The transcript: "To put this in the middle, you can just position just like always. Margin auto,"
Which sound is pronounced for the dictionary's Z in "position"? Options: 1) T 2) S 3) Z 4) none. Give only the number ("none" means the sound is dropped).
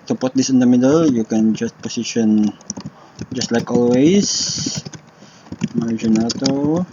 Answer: 2